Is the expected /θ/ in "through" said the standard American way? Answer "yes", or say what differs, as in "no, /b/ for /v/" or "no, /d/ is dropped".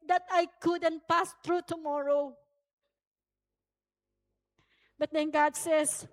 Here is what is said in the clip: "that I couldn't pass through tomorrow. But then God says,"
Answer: no, /t/ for /θ/